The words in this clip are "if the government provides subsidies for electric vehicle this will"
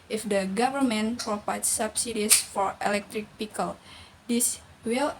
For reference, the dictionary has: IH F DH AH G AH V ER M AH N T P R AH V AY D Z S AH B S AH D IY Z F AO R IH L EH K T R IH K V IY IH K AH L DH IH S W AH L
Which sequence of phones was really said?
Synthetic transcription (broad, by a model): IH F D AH G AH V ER M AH N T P R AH P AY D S S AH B S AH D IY S F AO R IH L EH K T R IH K P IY K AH L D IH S W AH L